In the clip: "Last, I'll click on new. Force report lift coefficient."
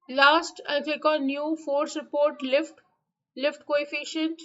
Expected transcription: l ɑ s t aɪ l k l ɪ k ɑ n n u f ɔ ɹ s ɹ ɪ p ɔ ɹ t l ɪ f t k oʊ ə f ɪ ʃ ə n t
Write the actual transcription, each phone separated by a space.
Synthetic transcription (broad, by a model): l ɑ s t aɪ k ɪ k ɑ n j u f ɔ ɹ s ɹ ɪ p ɔ ɹ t l ɪ f t k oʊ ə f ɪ ʃ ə n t